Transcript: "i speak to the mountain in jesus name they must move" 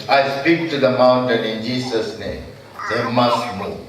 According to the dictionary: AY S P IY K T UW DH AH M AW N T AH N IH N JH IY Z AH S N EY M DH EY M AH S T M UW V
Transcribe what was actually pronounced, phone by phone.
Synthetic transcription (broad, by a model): AY S P IY K T UW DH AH M AW N T AH N IH N JH IY S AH S N EY M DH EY M AH S T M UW